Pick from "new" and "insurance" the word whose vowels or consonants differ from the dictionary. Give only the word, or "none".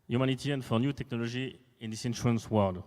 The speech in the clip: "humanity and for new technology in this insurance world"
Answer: insurance